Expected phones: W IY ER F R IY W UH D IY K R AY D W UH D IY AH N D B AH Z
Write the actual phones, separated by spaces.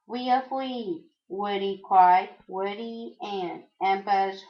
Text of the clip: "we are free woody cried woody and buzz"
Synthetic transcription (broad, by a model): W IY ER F IY W UH D IY K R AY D W UH D IY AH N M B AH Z